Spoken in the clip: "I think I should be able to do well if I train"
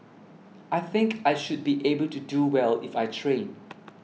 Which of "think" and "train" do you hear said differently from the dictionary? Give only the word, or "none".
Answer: none